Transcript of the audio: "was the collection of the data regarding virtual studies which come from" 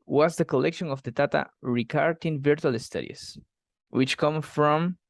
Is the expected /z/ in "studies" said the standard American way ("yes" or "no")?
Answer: no